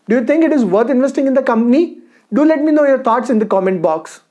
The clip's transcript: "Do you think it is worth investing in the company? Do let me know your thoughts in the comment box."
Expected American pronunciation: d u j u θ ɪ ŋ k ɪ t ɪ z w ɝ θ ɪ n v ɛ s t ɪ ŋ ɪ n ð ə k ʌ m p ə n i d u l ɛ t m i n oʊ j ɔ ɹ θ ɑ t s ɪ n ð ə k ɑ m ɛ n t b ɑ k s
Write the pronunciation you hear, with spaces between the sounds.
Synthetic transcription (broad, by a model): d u j u t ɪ ŋ k ɪ t ɪ z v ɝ t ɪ n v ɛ s t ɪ ŋ ɪ n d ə k ʌ m p ə n i d u l ɛ t m i n oʊ j ɔ ɹ t ɑ t s ɪ n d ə k ɑ m ɛ n t b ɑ k s